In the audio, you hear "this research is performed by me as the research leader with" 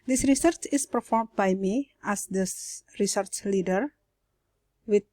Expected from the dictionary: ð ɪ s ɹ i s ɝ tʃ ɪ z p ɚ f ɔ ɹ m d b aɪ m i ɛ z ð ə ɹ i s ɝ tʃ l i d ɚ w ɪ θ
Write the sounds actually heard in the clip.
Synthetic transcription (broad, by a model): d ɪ s ɹ i s ɝ tʃ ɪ s p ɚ f ɔ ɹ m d b aɪ m i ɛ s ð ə ɹ i s ɝ tʃ l i d ɚ w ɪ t